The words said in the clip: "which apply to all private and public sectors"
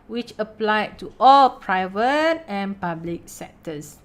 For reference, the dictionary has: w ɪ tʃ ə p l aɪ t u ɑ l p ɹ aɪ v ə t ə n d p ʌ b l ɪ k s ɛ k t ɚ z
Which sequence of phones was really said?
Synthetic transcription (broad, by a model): w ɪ tʃ ə p l aɪ t u ɑ l p ɹ aɪ v ə t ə n p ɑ b l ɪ k s ɛ k t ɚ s